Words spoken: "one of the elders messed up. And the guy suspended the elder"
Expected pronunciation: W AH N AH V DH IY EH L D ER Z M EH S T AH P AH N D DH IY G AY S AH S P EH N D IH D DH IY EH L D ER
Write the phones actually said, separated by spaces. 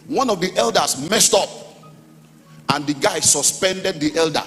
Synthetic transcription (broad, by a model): W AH N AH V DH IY EH L D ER S M EH S T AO P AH N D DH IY G AY S AH S P EH N D IH D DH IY EH L D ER